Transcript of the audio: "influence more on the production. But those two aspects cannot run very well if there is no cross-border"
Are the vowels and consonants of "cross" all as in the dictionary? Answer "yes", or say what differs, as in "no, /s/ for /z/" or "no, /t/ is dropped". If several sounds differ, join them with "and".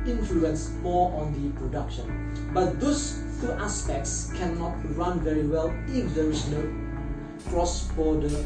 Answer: yes